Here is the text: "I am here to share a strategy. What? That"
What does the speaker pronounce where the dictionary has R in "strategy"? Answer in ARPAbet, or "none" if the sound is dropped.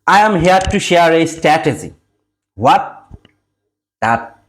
none